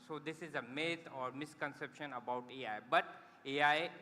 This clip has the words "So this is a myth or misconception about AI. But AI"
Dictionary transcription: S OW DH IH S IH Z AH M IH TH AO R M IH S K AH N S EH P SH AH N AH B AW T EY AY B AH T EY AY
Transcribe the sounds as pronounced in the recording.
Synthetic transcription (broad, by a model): S OW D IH S IH Z AH M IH T AO R M IH S K AH N S EH P SH AH N AH B AW T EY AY B AH T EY AY